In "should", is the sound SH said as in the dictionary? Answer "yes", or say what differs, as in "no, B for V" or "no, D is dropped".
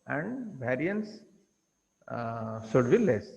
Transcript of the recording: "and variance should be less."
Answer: no, S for SH